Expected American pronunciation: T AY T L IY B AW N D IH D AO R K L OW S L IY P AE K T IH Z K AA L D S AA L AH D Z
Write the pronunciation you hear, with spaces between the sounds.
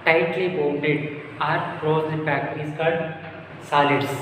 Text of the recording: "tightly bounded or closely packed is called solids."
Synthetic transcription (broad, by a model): T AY T L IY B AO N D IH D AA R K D OW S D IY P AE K IH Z K AA L D S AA L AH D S